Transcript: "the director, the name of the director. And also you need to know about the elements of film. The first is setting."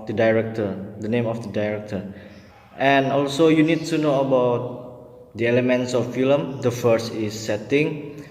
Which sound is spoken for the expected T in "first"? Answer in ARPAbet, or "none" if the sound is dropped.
T